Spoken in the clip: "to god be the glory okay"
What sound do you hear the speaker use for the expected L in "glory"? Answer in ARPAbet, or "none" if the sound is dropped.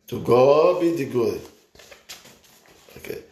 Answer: none